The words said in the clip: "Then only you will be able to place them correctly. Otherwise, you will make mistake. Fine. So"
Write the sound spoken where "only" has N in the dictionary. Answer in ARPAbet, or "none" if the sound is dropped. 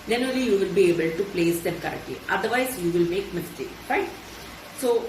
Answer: none